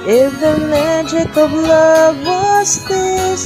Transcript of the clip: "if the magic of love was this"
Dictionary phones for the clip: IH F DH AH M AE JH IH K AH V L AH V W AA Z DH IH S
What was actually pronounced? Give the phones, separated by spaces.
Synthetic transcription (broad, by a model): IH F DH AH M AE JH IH K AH B L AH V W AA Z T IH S